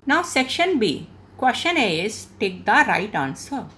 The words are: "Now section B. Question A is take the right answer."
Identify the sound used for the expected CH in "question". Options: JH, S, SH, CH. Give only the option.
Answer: SH